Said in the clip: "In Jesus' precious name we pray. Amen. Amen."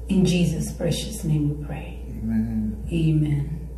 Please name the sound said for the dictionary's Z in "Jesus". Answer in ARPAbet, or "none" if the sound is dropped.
Z